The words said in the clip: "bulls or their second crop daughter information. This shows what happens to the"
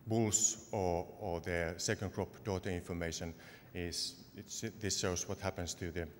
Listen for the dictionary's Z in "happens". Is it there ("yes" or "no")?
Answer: no